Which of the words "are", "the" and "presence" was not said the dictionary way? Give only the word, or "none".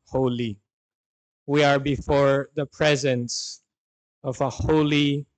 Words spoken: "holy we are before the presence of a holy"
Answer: none